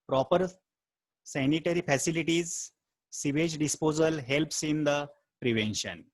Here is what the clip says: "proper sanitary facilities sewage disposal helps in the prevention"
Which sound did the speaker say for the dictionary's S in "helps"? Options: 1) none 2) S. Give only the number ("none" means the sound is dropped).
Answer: 2